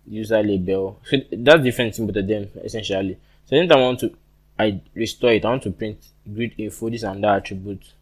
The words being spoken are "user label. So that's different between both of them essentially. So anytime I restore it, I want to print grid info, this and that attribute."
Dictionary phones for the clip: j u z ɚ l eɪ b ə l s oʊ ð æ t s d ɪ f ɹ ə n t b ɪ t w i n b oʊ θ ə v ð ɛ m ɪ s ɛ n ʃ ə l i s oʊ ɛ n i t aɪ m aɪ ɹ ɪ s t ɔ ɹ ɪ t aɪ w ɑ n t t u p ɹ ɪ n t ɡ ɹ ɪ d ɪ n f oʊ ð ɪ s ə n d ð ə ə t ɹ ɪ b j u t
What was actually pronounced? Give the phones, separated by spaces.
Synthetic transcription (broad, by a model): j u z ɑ l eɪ b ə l s oʊ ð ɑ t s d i f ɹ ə n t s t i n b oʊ t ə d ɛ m ɪ s ɛ n ʃ ə l i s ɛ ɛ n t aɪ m aɪ ɹ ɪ s t ɔ ɪ t aɪ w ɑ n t t u p ɹ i n t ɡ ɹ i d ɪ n f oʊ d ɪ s ə n d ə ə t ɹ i b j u t